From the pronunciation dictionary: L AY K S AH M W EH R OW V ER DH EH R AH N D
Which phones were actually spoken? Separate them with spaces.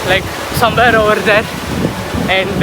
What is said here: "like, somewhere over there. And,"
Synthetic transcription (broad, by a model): L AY K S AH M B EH R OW ER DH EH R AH N